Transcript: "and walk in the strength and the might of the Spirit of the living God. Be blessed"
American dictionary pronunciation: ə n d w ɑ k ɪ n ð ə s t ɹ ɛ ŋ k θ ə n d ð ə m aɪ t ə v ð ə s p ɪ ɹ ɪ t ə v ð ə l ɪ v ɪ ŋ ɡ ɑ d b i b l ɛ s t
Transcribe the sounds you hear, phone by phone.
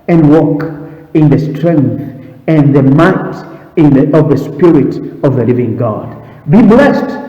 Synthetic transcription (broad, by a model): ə n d w ɑ k ɪ n ð ə s t ɹ ɛ ŋ k θ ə n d ð ə m aɪ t ə v ð ə s p ɪ ɹ ɪ t ə v ð ə l ɪ v ɪ ŋ ɡ ɑ d b i b l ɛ s t